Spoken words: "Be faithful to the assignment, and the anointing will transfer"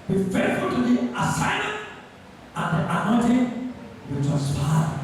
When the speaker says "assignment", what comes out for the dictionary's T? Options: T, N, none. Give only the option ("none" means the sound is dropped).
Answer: none